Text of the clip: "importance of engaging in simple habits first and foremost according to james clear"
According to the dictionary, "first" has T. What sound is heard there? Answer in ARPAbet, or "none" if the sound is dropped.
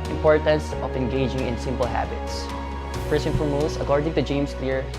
none